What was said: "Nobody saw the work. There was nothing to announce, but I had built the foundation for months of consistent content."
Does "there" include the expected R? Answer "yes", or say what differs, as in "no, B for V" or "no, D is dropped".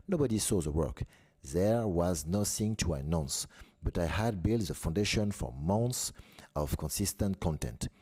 yes